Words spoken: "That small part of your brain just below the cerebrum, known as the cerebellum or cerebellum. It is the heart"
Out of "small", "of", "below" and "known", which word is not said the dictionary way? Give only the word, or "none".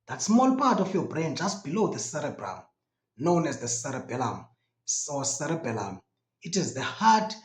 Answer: of